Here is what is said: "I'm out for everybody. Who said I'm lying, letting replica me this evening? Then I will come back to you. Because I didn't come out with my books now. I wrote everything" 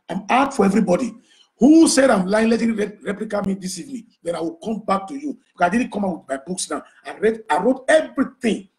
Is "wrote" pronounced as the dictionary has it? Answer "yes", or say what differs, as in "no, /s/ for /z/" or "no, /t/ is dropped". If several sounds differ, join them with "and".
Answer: yes